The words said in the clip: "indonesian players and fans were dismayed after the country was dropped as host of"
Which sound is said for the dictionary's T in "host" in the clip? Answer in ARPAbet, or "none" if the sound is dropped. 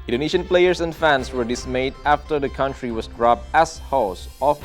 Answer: none